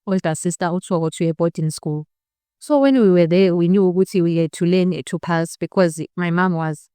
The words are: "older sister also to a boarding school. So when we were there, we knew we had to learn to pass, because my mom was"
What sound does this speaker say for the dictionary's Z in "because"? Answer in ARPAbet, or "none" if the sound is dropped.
Z